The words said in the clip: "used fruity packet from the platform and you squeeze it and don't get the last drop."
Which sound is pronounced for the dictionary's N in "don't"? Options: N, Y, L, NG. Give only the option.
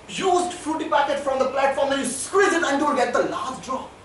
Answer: L